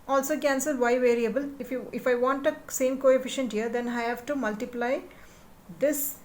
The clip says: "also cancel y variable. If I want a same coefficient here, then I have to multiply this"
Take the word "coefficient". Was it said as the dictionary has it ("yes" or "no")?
yes